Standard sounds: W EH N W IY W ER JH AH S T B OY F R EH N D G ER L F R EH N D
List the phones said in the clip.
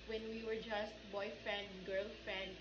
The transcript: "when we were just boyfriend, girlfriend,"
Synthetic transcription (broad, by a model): W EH N W IY W ER JH AH S T B OY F EH N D G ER L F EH N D